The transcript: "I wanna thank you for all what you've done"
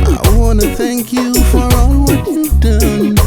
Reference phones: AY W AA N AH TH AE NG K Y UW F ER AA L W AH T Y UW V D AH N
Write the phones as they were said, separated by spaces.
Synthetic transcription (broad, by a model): AY W AA N AH TH AE NG K Y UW F ER AA L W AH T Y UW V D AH N